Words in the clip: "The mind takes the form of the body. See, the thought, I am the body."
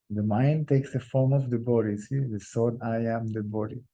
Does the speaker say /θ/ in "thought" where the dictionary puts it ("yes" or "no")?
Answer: no